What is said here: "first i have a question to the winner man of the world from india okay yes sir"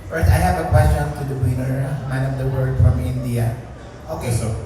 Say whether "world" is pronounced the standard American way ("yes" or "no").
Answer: no